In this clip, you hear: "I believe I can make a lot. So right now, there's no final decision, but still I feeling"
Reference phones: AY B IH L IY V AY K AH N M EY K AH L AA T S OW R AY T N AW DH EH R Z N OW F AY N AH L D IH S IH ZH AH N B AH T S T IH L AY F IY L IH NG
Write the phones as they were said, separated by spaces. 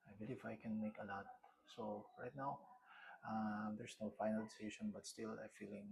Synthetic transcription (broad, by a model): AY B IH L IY F AY K AH N M EY K AH L AA T S OW R AY T N AW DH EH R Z N OW F AY N AH L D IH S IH SH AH N B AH T S T IH L AY F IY L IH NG